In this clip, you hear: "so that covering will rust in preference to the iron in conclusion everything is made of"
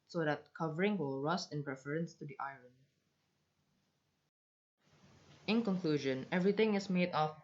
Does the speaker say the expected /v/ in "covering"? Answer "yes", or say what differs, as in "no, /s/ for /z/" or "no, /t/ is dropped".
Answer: yes